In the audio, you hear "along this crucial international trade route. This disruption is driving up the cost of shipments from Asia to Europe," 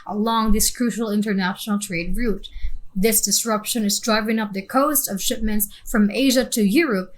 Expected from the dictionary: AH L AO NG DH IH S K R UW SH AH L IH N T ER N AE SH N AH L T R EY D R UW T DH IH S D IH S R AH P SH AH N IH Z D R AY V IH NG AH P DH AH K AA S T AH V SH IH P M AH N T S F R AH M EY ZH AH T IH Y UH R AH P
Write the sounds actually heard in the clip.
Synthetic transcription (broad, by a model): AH L AO NG DH IH S K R UW SH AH L IH N T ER N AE SH N L T R EY D R UW T DH IH S D IH S R AH P SH AH N IH Z D R AY V IH NG AH P DH AH K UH S T AH V SH IH P M AH N T S F R AH M EY ZH AH T IH Y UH R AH P